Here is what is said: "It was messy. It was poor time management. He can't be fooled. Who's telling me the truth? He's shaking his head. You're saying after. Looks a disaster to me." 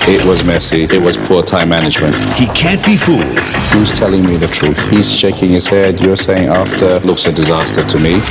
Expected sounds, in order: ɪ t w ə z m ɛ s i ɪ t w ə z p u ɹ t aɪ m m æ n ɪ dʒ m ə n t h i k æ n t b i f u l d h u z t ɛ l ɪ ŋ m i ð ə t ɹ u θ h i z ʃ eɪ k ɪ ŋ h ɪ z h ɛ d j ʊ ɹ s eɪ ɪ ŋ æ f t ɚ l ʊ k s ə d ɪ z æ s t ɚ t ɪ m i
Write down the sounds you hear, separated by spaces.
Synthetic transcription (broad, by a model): ɪ t w ə z m ɛ s i ɪ t w ə z p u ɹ t aɪ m m æ n ɪ dʒ m ə n t h i k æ n b i f u l d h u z t ɛ l ɪ ŋ m i ð ə t ɹ u θ h i z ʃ eɪ k ɪ ŋ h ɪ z h ɛ d j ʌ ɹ s eɪ ɪ ŋ æ f t ɚ l ʊ k s ə d ɪ z æ s t ɚ t ɪ m i